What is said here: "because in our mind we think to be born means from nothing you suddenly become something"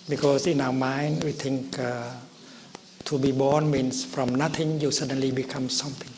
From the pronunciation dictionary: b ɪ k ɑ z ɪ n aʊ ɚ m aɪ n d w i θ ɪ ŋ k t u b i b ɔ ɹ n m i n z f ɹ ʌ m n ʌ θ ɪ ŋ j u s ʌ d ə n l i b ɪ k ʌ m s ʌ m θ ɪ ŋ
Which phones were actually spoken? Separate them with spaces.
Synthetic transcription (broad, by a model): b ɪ k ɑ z ɪ n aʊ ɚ m aɪ n d w i t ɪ ŋ k t u b i b ɔ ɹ n m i n s f ɹ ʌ m n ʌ t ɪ ŋ j u s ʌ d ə n l i b ɪ k ʌ m s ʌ m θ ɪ ŋ